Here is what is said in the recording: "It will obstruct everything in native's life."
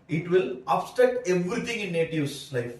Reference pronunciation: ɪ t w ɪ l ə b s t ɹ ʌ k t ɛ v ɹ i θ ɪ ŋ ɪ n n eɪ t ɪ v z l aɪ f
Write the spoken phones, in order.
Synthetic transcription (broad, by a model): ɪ t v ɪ l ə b s t ʌ t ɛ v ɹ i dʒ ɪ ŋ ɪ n n eɪ t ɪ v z l aɪ f